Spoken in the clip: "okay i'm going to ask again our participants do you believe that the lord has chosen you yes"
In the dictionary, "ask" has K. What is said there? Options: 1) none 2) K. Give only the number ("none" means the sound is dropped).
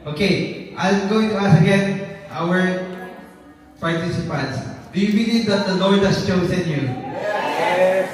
1